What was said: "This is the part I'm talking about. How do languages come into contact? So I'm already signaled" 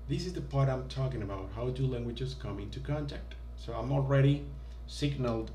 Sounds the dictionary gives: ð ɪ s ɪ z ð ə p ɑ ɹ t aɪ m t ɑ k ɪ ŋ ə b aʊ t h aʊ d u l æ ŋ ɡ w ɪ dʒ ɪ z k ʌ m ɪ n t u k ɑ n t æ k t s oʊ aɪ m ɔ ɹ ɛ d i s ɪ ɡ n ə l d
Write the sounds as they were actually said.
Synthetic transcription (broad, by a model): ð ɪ s ɪ z ð ə p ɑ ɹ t aɪ m t ɑ k ɪ ŋ ə b aʊ t h aʊ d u l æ ŋ ɡ w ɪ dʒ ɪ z k ʌ m ɪ n t u k ɑ n t æ k t s oʊ aɪ m ɔ ɹ ɛ d i s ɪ ɡ n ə l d